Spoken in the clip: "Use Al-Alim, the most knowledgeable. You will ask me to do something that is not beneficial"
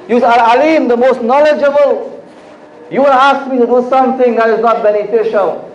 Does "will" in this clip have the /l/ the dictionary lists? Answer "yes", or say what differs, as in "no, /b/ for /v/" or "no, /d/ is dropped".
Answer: no, /n/ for /l/